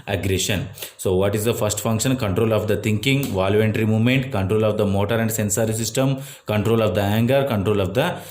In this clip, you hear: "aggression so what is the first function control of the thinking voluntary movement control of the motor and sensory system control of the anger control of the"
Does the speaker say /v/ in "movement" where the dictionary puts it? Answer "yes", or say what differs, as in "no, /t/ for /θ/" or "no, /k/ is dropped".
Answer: yes